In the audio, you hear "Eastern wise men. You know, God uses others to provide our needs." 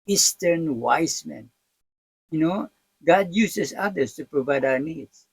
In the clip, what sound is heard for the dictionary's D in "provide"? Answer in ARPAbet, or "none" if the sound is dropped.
D